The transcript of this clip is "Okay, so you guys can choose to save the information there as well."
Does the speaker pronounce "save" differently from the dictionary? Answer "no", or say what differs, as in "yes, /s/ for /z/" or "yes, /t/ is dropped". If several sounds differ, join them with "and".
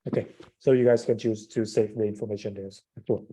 yes, /f/ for /v/